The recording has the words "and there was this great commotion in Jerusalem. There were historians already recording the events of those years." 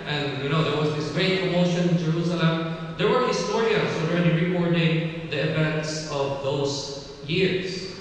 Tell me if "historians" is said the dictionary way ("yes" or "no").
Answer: no